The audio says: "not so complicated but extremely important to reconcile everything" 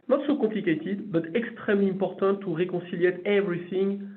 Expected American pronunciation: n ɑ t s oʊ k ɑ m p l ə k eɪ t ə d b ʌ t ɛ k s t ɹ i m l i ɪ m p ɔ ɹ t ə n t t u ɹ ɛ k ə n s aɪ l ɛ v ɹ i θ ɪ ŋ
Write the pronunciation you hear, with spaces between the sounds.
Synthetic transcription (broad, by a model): n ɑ t s oʊ k ɑ p l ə k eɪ t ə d b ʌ t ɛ k s t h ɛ m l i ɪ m p ɔ ɹ t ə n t t u ɹ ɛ k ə s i l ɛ v ɹ i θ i ŋ